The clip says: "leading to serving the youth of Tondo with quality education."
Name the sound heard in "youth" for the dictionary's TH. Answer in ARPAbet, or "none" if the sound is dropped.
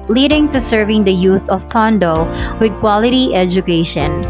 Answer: S